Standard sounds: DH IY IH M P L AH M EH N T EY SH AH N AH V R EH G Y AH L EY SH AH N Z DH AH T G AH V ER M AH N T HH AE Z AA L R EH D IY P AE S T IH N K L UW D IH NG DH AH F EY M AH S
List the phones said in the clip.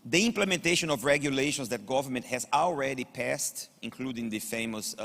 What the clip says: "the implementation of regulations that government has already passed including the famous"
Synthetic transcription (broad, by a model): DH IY IH M P L AH M EH N T EY SH AH N AH V R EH G Y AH L EY SH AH N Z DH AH T G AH V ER M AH N T HH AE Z AA L R EH D IY P AE S T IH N K L UW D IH NG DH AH F EY M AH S